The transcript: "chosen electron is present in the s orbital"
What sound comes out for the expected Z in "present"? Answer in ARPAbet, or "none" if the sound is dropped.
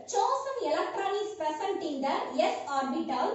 S